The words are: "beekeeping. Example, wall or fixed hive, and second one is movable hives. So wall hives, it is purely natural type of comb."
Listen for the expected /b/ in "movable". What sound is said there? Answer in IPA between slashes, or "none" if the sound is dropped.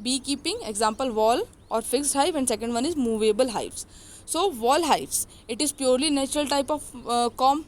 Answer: /b/